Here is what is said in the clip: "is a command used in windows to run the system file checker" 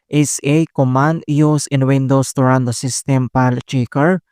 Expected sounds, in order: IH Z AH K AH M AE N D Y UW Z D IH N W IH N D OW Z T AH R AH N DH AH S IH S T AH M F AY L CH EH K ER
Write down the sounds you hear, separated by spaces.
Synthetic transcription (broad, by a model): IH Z AH K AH M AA N D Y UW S IH N W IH N D OW S T AH R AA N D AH S IH S T AH M P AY L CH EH K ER